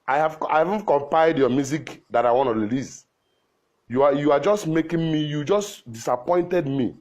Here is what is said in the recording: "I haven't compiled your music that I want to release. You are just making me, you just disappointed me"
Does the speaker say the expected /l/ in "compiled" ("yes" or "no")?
no